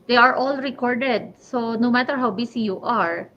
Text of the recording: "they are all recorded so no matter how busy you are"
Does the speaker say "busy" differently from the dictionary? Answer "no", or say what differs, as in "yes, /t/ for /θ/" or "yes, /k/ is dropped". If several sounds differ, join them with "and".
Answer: yes, /s/ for /z/